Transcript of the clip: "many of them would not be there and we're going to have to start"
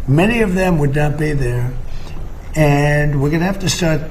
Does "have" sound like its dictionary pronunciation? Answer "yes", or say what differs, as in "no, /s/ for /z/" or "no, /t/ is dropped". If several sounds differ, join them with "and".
no, /f/ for /v/